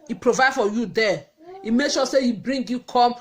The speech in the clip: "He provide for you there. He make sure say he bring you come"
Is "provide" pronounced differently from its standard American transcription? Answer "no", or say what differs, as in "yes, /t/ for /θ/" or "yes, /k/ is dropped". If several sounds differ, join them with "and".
no